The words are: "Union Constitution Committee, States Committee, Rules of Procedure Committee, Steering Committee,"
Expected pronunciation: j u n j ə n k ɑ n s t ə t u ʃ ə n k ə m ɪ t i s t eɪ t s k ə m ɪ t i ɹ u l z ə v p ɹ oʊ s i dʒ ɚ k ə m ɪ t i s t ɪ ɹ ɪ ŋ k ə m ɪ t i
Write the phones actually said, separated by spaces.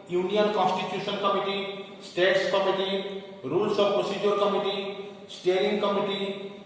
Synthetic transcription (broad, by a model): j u n j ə n k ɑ n s t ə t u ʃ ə n k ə m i t i s t eɪ t s k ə m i t i ɹ u l s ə b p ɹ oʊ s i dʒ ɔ k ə m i t i s t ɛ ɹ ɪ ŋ k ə m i t i